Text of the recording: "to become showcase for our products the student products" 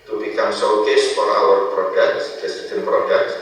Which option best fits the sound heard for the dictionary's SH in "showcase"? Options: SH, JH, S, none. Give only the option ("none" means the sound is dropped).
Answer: S